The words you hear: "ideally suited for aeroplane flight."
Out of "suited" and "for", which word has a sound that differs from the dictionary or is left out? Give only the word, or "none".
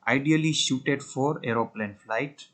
suited